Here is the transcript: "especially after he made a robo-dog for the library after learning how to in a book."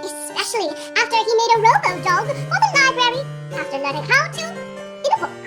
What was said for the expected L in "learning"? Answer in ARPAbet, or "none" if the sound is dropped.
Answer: N